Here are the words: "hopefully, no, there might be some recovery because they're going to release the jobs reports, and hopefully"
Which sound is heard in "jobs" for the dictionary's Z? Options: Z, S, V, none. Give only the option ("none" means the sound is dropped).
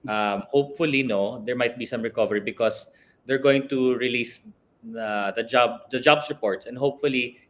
S